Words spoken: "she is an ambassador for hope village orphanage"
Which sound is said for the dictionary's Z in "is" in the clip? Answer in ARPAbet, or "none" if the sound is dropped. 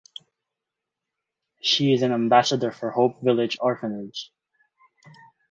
Z